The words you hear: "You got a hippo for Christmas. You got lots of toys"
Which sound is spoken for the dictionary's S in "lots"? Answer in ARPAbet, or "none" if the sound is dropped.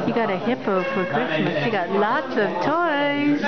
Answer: S